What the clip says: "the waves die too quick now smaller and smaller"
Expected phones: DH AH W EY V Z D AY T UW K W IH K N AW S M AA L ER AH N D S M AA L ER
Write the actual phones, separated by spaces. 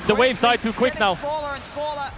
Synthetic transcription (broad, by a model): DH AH W EY V Z D AY T UW K W IH K N AW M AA L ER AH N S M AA L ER